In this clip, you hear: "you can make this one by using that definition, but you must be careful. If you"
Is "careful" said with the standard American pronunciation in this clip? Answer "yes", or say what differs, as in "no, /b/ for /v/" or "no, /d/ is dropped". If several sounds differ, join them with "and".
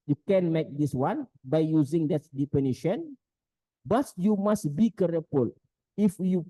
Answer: no, /p/ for /f/